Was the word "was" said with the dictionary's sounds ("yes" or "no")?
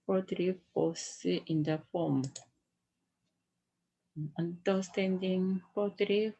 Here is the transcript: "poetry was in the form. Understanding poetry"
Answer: no